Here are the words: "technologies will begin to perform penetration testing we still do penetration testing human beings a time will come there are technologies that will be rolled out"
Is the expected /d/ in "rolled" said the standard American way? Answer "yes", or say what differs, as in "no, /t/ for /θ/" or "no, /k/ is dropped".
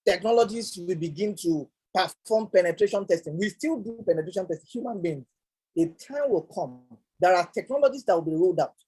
yes